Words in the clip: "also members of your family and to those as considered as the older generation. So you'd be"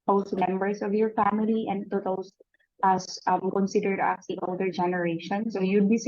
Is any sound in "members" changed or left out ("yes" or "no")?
yes